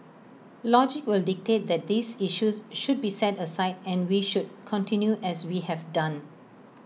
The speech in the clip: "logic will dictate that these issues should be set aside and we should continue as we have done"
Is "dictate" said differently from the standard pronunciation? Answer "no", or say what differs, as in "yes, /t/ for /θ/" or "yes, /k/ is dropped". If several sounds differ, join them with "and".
no